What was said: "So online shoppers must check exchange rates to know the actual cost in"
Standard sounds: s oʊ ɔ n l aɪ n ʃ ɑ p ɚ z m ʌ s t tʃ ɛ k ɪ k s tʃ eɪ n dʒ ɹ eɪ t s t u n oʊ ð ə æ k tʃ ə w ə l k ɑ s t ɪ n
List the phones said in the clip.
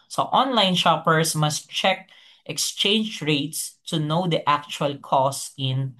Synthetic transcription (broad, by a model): s oʊ ɔ n l aɪ n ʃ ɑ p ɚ s m ʌ s t tʃ ɛ k ɪ k s tʃ eɪ n dʒ ɹ eɪ t s t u n oʊ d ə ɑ k tʃ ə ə l k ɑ s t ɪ n